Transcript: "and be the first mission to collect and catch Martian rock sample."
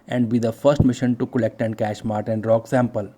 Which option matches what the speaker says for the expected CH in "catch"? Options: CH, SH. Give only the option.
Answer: SH